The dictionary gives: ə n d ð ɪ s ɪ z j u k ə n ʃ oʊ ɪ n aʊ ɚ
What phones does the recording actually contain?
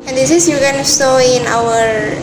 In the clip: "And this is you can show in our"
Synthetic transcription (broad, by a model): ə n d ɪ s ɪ s j u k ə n s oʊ ɪ n aʊ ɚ